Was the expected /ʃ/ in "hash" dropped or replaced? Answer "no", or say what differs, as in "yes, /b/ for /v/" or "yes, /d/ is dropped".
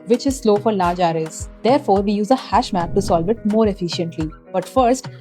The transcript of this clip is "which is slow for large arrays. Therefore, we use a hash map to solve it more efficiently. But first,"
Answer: no